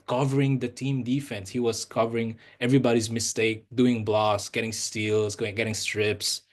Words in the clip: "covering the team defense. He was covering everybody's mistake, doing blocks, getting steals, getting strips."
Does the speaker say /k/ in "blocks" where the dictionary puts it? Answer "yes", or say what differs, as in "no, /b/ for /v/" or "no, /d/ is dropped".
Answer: no, /k/ is dropped